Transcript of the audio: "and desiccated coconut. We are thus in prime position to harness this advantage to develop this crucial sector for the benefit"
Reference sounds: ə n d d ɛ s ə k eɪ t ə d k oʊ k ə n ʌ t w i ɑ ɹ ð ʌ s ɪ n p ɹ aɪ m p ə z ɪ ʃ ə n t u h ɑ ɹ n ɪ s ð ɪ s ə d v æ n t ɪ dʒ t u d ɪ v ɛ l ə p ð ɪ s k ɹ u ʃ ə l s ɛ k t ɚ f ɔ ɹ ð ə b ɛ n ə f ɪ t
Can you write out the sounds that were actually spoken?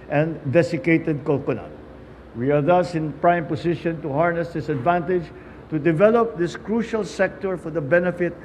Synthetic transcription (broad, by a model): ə n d d ɛ s ə k eɪ t ə d k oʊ k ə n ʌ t w i ɑ ɹ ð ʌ s ɪ n p ɹ aɪ m p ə s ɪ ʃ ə n t u h ɑ ɹ n ɪ s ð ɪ s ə d v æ n t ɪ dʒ t u d ɪ v ɛ l ə p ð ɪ s k ɹ u ʃ ə l s ɛ k t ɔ f ɔ ɹ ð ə b ɛ n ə f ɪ t